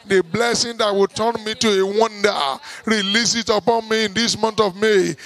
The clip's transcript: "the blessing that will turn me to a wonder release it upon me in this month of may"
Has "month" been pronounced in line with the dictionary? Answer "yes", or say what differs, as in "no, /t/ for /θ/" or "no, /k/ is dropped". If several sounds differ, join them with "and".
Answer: no, /t/ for /θ/